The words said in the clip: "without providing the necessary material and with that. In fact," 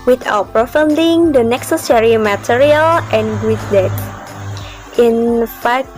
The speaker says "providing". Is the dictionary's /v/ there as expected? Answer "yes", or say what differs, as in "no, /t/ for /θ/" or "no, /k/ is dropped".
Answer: no, /f/ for /v/